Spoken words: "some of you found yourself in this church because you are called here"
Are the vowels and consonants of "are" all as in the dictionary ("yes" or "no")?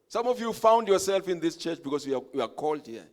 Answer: no